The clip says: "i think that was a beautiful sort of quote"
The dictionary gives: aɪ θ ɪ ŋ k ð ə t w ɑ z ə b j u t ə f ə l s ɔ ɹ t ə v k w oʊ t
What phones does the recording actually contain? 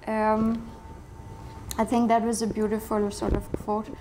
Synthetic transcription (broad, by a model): aɪ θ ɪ ŋ k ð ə t w ɑ z ə b j u t ə f ə l s ɔ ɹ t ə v k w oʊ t